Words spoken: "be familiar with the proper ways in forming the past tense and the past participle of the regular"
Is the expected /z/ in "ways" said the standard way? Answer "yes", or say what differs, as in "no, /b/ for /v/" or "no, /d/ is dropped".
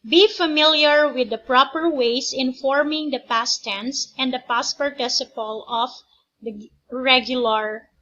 no, /s/ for /z/